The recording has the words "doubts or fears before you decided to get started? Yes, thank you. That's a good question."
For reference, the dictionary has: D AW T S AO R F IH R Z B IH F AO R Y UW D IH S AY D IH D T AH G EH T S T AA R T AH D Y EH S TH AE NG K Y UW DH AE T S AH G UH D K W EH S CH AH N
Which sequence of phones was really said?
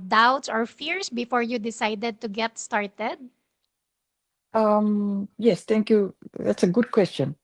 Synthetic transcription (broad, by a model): D AW T S AO R F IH R S B IH F AO R Y UW D IH S AY D IH D T AH G EH T S T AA R T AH D Y EH S T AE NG K Y UW DH AE T S AH G UH D K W EH S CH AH N